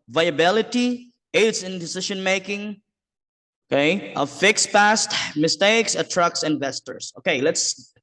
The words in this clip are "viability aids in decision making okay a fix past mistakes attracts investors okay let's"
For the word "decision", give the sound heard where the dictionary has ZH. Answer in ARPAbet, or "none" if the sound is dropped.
SH